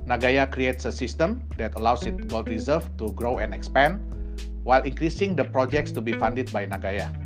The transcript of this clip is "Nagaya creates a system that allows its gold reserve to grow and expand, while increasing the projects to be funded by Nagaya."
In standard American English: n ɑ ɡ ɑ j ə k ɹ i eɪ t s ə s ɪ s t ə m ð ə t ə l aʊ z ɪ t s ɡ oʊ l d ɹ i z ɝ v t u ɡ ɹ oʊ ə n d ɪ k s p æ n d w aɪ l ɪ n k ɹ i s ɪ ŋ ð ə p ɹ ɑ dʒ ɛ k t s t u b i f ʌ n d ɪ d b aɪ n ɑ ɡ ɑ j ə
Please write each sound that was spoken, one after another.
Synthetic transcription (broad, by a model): n ɑ ɡ ɑ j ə k ɹ i eɪ t s ə s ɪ s t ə m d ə t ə l aʊ s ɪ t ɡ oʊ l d ɹ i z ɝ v t u ɡ ɹ oʊ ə n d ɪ k s p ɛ n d w aɪ l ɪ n k ɹ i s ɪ ŋ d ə p ɹ ɑ dʒ ɛ k t s t u b i f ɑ n d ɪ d b aɪ n ɑ ɡ ɑ j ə